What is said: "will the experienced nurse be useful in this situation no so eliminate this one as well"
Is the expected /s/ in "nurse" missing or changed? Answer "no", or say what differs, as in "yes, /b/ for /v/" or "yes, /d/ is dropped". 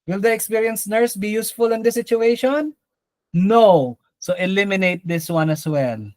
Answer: no